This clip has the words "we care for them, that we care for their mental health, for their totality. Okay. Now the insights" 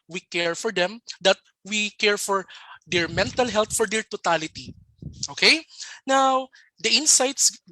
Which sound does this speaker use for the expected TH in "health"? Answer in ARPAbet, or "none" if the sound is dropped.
T